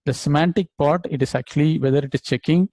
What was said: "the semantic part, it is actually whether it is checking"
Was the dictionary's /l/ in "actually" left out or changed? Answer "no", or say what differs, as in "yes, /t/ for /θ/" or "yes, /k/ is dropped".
no